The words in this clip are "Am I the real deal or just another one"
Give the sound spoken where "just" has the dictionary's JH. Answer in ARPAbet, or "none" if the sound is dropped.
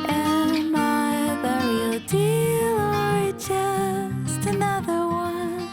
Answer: CH